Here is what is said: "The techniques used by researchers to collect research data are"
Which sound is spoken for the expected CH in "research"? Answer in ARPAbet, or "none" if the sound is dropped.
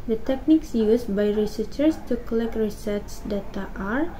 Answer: S